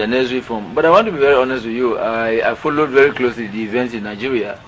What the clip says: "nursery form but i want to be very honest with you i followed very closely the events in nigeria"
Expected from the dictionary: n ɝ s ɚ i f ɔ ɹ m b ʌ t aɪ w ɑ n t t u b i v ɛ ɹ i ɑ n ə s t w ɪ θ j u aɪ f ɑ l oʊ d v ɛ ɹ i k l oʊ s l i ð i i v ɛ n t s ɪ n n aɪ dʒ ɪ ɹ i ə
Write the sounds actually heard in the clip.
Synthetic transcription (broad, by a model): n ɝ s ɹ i f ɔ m b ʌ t aɪ w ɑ n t t u b i v ɛ ɹ i ɑ n ə s t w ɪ j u aɪ f ɑ l oʊ d v ɛ ɹ i k l oʊ s l i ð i i v ɛ n t s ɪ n n aɪ dʒ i ɹ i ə